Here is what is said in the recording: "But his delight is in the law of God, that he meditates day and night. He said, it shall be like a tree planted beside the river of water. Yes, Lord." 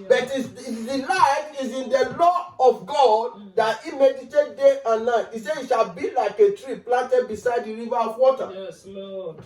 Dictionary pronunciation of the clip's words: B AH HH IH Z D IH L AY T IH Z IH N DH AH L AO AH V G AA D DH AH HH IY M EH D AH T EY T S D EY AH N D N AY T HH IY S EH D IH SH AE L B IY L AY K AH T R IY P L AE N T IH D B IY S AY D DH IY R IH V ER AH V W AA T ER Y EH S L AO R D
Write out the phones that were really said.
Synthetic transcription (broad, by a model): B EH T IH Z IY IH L AY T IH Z IH N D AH L AO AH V G AA D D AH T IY M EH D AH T EY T D EY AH N N AY T IY S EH IH SH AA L B IY L AY K AH T R IY P L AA N T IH D B IY S AY D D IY R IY V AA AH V W AA T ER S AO